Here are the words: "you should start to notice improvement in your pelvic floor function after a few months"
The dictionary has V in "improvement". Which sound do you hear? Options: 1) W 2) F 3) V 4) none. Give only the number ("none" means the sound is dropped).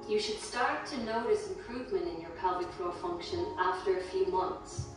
3